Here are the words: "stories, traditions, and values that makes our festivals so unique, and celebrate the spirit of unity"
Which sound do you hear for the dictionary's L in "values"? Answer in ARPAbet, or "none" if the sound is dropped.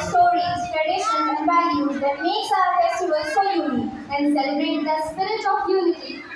none